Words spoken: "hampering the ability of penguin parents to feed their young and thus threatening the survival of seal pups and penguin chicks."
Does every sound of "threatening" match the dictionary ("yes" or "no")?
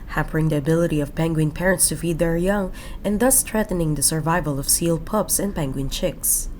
no